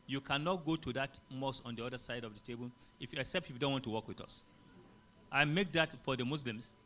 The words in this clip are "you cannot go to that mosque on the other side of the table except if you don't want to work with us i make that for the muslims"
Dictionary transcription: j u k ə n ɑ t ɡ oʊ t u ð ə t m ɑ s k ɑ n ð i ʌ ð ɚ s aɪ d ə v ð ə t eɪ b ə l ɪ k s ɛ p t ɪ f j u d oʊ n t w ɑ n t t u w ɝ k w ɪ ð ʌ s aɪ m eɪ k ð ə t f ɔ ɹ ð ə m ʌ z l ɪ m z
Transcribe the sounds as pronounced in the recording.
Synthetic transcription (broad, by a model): j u k ə n ɑ t ɡ oʊ t u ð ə t m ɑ s ɑ n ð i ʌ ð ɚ s aɪ d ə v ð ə t eɪ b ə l ɪ k s ɛ p t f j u d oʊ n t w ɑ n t t u w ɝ k w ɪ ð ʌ s aɪ m eɪ k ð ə t f ɔ ɹ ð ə m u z l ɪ m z